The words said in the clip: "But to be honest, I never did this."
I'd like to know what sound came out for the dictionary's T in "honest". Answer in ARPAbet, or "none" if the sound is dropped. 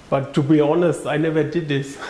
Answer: T